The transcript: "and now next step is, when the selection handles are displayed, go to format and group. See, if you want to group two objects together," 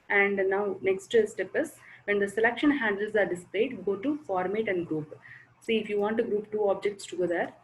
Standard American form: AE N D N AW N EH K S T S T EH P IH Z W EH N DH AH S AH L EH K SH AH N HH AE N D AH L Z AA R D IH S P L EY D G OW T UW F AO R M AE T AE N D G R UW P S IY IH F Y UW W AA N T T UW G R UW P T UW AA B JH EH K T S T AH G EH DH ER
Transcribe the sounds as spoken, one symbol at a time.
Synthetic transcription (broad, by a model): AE N D N AW N EH K S T S T EH P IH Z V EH N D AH S AH L EH K SH AH N HH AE N D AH L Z AA R D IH S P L EY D G OW T UW F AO R M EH T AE N D G R UW P S IY IH F Y UW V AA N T T UW G R UW P T UW AA B JH EH K T S T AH G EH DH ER